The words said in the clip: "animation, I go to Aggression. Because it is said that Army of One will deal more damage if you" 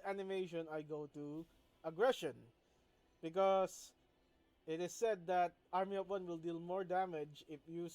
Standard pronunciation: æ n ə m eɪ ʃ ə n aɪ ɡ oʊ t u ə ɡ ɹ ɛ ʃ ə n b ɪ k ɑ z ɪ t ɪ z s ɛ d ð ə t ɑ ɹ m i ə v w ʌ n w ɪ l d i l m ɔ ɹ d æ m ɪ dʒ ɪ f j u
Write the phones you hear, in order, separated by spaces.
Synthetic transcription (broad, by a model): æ n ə m eɪ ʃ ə n aɪ ɡ oʊ t u ə ɡ ɹ ɛ ʃ ə n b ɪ k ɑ s ɪ t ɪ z s ɛ d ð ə t ɑ ɹ m i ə p w ʌ n w ɪ l d i l m ɔ ɹ d æ m ɪ dʒ ɪ f j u